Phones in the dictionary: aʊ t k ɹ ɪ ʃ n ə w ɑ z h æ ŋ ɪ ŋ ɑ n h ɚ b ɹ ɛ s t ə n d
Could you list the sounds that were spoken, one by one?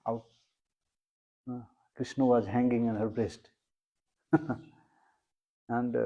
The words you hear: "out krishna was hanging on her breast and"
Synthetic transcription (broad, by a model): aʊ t k ɹ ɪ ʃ n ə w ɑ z h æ ŋ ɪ ŋ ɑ n h ɚ b ɹ ɛ s t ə n d